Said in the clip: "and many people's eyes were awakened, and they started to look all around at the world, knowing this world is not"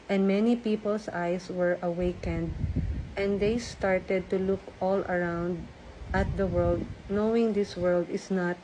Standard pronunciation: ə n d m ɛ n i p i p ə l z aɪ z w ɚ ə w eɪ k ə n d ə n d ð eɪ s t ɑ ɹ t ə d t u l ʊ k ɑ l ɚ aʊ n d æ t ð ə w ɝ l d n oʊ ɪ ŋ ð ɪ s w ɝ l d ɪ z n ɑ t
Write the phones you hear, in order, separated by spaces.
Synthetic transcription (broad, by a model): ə n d m ɛ n i p i p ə l s aɪ s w ɚ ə w eɪ k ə n d ə n d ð eɪ s t ɑ ɹ t ə d t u l ʊ k ɑ l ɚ aʊ n d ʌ t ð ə w ɝ l d n oʊ ɪ ŋ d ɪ s w ɝ l d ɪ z n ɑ t